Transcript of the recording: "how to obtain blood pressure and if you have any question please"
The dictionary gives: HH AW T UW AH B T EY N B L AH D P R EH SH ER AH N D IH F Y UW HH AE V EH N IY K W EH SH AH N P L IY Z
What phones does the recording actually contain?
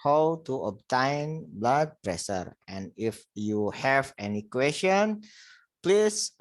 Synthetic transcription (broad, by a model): HH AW T UW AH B T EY N B L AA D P R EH S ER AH N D IH F Y UW HH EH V EH N IY K W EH S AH N P L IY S